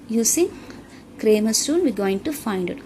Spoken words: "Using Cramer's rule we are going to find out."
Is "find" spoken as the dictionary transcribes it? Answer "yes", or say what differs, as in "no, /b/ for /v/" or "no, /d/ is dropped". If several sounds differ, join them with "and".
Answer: yes